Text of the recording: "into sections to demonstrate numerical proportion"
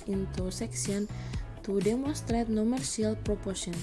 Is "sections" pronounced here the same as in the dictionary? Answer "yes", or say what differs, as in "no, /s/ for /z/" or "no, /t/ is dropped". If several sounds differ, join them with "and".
no, /s/ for /ʃ/ and /z/ is dropped